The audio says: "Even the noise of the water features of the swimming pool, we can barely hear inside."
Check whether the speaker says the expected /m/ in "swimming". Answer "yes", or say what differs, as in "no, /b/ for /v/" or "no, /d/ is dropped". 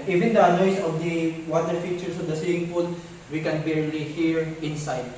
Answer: no, /m/ is dropped